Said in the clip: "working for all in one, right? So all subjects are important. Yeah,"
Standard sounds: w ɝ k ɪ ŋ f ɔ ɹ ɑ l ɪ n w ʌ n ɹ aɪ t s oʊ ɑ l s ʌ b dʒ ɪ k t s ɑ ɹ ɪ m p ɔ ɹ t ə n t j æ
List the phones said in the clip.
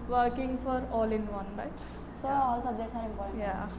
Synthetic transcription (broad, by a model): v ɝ k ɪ ŋ f ɔ ɹ ɑ l ɪ n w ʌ n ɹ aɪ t s oʊ ɑ l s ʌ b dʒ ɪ t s ɑ ɹ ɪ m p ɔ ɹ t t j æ